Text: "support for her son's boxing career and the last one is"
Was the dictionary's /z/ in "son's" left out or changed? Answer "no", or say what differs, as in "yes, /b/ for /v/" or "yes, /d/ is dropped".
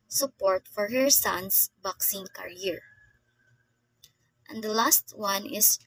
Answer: yes, /s/ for /z/